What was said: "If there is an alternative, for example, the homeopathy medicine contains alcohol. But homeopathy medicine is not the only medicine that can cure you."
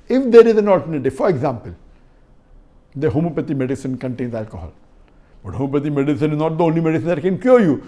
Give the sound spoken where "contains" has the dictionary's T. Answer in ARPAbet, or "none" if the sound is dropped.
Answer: T